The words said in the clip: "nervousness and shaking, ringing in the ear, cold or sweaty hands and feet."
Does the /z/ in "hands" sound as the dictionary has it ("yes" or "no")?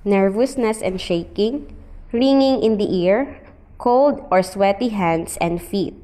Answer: no